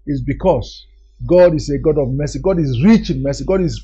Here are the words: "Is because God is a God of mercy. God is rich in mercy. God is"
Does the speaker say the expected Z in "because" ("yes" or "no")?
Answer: no